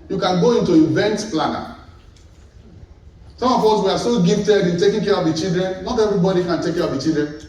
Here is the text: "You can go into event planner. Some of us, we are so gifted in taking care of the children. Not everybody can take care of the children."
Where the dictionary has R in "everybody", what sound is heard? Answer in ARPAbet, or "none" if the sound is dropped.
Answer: R